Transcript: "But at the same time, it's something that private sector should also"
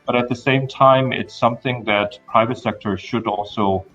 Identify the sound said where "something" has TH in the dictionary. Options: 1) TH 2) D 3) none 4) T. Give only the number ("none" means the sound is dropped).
1